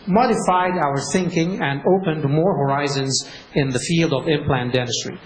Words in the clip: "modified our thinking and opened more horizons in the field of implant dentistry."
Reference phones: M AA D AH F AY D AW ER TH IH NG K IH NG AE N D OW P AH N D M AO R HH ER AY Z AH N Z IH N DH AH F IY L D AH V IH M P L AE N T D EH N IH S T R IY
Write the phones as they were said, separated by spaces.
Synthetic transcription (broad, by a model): M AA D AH F AY D AW ER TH IH NG K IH NG AE N D OW P AH N D M AO R HH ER AY Z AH N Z IH N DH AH F IY L D AH V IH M P L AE N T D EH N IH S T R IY